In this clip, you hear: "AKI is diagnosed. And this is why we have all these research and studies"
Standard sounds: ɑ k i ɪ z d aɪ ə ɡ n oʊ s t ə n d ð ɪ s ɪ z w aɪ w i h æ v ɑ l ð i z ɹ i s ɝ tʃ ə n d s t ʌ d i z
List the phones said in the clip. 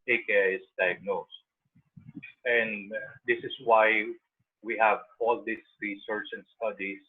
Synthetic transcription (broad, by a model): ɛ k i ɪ s d aɪ ə ɡ n oʊ s t ə n d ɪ s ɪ s w aɪ w i h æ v ɑ l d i s ɹ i s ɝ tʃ ə n d s t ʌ d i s